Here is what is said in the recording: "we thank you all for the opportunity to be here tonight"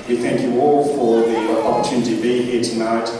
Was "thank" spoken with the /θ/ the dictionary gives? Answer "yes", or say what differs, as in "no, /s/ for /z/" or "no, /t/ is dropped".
yes